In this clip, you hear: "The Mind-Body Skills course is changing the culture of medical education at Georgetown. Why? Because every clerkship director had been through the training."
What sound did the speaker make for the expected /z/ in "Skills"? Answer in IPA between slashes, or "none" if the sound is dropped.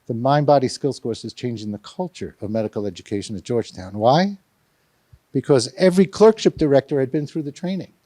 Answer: /s/